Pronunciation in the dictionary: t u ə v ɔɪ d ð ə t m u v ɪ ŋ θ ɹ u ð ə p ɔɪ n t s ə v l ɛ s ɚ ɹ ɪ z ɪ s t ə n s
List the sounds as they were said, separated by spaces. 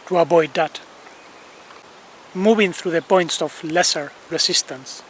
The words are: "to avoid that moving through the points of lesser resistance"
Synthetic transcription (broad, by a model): t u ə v ɔɪ d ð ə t m u v ɪ ŋ θ ɹ u ð ə p ɔɪ n t s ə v l ɛ s ɚ ɹ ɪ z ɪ s t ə n s